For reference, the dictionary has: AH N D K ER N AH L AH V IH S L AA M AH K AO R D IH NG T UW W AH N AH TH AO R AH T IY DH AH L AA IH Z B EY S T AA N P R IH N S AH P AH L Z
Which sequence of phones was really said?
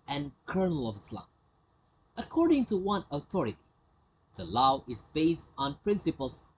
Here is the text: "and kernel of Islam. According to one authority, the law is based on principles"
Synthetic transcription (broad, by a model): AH N K ER N AH L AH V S L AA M AH K AO R D IH NG T UW W AH N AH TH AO R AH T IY DH AH L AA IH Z B EY S T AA N P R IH N S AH P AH L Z